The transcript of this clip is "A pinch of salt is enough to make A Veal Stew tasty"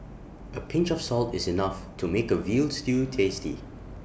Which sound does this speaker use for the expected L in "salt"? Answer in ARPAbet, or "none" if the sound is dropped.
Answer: L